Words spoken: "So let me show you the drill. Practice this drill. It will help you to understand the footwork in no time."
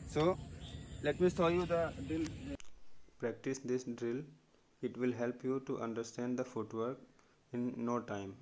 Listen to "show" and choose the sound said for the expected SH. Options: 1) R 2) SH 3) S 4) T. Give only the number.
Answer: 3